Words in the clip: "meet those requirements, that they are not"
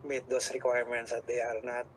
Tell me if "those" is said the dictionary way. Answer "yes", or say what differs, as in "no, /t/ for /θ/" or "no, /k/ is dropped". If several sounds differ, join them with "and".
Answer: no, /s/ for /z/